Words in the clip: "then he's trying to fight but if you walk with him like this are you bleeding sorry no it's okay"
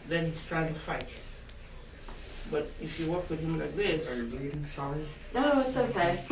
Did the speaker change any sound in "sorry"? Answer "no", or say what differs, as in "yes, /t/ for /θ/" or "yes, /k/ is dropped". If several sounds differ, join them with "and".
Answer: yes, /ɹ/ is dropped